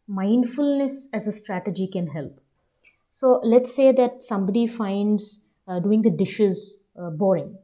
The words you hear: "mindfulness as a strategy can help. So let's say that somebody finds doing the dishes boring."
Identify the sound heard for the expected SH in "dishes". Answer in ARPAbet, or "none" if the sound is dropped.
SH